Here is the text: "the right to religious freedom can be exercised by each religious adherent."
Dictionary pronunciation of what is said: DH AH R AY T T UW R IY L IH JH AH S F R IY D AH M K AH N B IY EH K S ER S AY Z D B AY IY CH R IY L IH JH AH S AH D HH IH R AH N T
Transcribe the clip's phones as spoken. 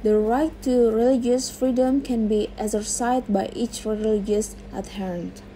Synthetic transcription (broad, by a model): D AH R AY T T UW R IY L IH JH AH S F R IY D AH M K AH N B IY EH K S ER S AY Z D B AY IY CH R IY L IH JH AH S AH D HH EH R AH N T